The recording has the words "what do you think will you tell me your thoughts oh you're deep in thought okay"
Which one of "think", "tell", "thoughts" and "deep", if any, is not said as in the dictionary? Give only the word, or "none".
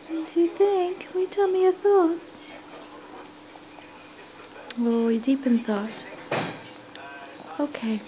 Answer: none